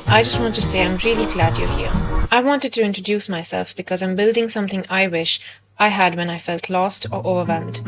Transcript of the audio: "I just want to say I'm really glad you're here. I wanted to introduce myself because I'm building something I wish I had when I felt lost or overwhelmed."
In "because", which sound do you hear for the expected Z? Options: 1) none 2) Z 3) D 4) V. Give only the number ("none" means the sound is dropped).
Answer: 2